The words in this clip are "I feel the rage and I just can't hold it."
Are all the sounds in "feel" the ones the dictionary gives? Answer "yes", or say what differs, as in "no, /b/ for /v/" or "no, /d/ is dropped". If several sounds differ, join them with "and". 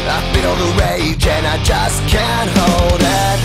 no, /n/ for /l/